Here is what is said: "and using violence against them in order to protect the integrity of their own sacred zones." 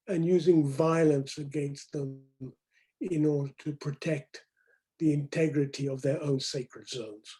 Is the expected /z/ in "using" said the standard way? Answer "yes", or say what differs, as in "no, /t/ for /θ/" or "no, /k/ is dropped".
yes